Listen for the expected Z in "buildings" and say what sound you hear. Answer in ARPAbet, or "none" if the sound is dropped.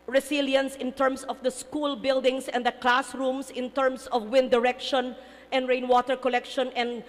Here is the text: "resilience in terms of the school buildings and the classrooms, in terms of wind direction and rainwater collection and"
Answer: S